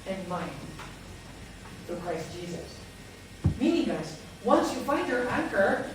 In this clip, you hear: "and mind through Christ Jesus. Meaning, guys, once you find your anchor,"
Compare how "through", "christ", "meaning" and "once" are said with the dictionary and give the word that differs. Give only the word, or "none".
through